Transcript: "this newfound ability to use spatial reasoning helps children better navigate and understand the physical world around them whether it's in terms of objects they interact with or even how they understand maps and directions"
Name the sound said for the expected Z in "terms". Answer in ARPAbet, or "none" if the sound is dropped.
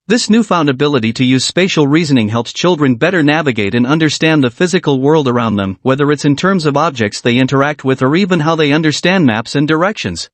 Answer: Z